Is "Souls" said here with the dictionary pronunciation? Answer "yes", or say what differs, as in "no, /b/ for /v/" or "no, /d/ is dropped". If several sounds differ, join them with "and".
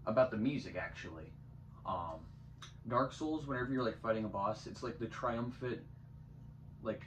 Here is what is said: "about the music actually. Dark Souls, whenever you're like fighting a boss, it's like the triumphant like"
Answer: yes